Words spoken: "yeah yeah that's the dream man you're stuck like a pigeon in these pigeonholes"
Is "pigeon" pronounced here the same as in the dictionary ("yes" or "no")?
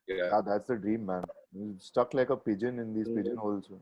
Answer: yes